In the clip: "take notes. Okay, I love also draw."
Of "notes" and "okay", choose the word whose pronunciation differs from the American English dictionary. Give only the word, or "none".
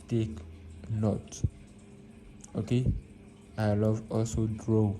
notes